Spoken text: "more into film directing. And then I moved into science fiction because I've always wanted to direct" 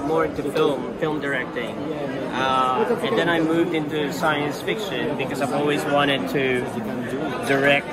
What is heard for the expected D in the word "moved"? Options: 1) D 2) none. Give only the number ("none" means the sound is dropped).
1